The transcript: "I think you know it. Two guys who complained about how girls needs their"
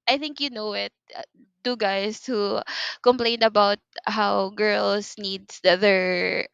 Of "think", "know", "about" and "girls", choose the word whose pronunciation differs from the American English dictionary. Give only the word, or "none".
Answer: girls